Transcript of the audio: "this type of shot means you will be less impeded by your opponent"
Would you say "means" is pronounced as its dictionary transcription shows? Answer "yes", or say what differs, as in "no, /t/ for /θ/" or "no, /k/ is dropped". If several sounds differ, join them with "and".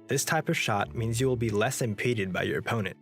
yes